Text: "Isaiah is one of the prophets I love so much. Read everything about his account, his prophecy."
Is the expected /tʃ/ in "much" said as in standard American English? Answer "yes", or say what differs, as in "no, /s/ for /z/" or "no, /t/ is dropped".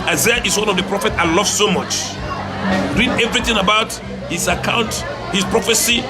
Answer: yes